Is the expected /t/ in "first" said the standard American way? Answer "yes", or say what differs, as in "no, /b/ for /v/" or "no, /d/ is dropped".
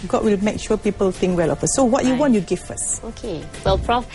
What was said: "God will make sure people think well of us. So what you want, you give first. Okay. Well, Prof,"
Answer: no, /t/ is dropped